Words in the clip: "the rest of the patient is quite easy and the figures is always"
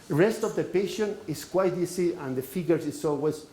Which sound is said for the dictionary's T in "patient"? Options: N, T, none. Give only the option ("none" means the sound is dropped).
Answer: none